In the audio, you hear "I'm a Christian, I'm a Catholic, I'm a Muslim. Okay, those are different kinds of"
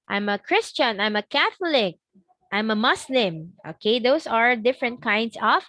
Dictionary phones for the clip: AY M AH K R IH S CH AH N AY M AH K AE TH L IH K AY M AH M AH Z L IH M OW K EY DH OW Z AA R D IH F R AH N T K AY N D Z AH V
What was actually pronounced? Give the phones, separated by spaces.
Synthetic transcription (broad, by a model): AY M AH K R IH S CH AH N AY M AH K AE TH L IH K AY M AH M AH S L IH M OW K EY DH OW S AA R D IH F R AH N T K AY N D S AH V